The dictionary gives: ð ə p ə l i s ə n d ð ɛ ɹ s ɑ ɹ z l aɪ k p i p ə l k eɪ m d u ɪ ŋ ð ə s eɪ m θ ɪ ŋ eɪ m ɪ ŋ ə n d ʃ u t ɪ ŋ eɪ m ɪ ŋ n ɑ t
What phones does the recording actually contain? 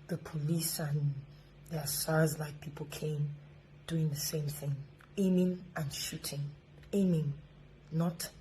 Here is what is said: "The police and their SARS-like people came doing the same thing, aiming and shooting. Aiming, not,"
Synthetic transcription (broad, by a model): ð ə p ə l i s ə n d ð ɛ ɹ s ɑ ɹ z l aɪ k p i p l k eɪ m d u ɪ ŋ ð ə s eɪ m θ ɪ ŋ eɪ m ɪ ŋ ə n ʃ u t ɪ ŋ eɪ m ɪ ŋ n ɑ t